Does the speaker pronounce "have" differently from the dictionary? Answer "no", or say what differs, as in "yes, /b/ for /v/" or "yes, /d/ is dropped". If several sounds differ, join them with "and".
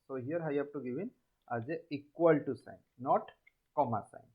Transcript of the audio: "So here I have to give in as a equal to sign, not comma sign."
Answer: yes, /b/ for /v/